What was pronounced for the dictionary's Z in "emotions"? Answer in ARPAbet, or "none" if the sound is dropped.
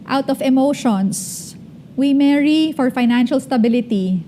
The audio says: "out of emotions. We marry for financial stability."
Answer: S